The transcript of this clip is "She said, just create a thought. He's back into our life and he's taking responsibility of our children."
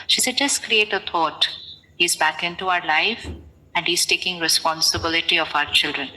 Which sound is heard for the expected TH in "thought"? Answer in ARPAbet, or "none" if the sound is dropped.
T